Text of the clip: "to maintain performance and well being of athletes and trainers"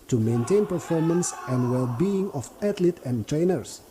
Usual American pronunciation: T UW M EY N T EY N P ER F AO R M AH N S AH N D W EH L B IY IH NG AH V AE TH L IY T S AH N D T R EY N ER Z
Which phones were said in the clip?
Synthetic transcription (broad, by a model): T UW M EY N T EY N P ER F AO R M AH N S AH N D W EH L B IY IH NG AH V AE T L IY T AH N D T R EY N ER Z